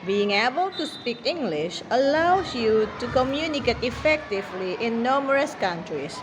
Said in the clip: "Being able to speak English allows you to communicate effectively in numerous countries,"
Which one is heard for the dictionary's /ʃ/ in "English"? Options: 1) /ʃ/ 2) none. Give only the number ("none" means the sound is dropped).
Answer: 1